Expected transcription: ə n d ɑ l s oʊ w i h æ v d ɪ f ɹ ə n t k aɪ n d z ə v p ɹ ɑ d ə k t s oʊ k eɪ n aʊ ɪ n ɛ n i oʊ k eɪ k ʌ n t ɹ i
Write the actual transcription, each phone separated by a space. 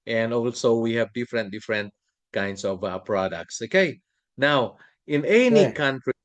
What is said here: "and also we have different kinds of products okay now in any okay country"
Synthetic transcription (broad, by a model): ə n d ɑ l s oʊ w i h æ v d ɪ f ɹ ə n t k aɪ n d s ə v p ɹ ɑ d ə k t s oʊ k eɪ n aʊ ɪ n ɛ n i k k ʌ n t ɹ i